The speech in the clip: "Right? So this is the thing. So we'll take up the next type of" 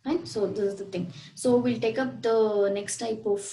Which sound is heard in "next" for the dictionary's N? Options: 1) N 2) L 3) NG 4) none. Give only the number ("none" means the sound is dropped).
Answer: 1